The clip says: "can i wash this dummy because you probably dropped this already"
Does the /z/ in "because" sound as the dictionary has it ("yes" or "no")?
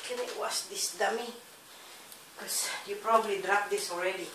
no